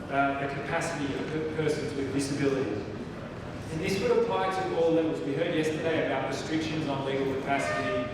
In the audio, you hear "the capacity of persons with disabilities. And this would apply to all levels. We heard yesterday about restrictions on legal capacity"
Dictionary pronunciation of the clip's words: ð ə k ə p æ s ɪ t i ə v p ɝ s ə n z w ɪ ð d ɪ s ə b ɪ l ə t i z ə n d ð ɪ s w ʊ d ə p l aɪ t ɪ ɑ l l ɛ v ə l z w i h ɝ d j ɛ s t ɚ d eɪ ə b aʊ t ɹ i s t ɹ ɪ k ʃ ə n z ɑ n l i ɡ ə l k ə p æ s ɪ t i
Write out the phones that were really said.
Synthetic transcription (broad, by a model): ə k ə p æ s ɪ t i ə v p ɝ s ə n z w ɪ ð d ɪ s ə b ɪ l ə t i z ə n ð ɪ s w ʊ d ə p l aɪ t ɪ ɑ l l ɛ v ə z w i h ɝ d j ɛ s t ɚ d eɪ ə b aʊ t ɹ i s t ɹ ɪ k ʃ ə n z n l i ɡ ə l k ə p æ s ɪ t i